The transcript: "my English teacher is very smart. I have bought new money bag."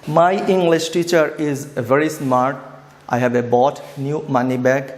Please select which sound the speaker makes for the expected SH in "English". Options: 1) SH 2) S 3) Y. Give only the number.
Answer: 1